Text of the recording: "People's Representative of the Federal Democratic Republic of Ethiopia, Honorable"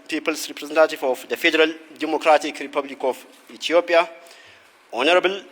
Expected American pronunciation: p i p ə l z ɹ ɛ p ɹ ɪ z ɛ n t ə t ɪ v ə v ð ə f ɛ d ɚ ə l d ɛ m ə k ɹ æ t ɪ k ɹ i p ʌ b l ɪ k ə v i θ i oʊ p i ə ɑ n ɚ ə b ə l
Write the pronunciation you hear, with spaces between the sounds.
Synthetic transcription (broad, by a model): p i p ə l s ɹ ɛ p ɹ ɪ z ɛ n t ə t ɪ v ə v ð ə f ɛ d ɚ ə l d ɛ m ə k ɹ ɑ t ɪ k ɹ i p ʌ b l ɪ k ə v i t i oʊ p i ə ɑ n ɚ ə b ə l